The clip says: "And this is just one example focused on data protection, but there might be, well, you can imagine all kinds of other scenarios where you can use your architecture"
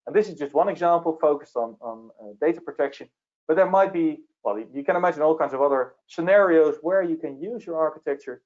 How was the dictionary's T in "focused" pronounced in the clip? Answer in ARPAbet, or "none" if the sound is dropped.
T